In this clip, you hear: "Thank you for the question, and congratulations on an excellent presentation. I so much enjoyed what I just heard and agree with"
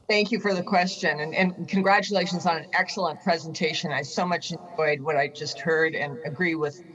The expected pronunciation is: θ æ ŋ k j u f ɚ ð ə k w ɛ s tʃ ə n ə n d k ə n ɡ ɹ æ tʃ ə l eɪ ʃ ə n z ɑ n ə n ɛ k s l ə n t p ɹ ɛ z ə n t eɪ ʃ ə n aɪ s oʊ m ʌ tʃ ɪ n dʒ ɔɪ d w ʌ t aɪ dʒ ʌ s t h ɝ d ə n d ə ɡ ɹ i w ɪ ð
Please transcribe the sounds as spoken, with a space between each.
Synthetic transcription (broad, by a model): θ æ ŋ k j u f ɚ ð ə k w ɛ s tʃ ə n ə n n k ə n ɡ ɹ æ tʃ ə l eɪ ʃ ə n z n ə n ɛ k s l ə n p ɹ ɛ z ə n t eɪ ʃ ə n aɪ s oʊ m ʌ tʃ ɪ n dʒ ɔɪ d w ʌ t aɪ dʒ ʌ s t h ɝ d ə n ə ɡ ɹ i w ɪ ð